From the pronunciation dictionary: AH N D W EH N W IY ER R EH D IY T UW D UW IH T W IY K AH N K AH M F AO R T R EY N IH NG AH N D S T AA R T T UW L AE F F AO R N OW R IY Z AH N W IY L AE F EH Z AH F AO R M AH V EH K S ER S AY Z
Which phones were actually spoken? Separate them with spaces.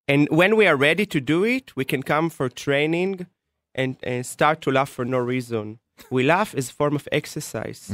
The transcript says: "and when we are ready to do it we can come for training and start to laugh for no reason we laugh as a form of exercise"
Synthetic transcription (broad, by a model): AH N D W EH N W IY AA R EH D IY T UW D UW IH T W IY K AH N K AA M F AO R T R EY N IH NG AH N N S T AA R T T UW L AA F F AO R N OW R IY Z AH N W IY L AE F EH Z AH F AO R M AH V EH K S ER S AY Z